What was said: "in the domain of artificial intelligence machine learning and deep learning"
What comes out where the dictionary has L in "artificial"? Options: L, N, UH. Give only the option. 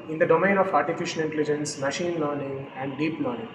N